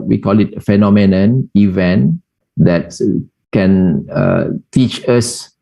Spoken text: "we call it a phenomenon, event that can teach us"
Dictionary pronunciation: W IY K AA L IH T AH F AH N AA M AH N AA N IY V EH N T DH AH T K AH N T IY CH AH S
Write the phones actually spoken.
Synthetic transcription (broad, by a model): W IY K AA L IH T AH F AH N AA M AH N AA N IY V EH N T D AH T K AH N T IY CH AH S